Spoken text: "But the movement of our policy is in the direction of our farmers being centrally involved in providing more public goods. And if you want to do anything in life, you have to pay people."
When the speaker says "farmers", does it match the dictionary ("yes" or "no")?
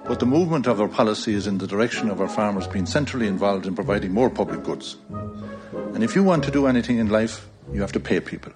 yes